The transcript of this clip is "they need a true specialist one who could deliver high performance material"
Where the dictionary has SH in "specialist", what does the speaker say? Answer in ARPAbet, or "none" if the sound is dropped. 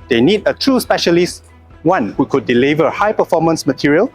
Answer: SH